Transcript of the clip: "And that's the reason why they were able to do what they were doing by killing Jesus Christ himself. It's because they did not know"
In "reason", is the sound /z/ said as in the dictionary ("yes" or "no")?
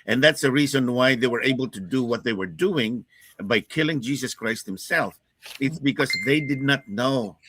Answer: yes